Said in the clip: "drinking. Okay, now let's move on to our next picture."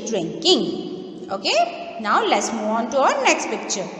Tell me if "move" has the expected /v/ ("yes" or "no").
no